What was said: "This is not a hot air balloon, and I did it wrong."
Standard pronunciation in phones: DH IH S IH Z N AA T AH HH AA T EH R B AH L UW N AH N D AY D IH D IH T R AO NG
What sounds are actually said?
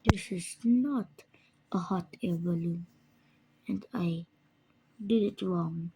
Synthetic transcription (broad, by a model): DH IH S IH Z N AA T AH HH AA T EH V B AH L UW AH N D AY D IH D IH T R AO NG